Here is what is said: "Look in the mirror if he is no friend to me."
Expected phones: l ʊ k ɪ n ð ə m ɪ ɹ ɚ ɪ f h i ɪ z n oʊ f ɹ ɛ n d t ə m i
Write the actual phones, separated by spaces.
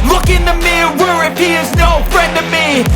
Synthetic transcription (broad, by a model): l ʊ k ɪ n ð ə m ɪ w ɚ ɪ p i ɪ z n oʊ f ɹ ɛ n d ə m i